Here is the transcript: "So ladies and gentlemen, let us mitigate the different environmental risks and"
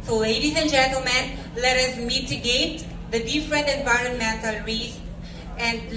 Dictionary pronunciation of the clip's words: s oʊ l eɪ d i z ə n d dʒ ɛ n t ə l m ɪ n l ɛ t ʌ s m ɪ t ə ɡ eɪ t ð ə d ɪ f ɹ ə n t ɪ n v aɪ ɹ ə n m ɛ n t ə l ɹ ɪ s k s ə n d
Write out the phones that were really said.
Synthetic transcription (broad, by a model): s oʊ l eɪ d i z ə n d dʒ ɛ n t ə l m ɪ n l ɛ t ʌ s m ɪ t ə ɡ eɪ t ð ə d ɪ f ɹ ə n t ɪ n v aɪ ɹ ə n m ɛ n t ə l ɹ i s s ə n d